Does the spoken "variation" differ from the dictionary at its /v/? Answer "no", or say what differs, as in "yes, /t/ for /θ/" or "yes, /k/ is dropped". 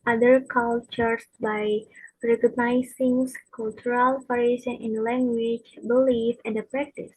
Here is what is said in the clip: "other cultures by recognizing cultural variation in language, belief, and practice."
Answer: yes, /p/ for /v/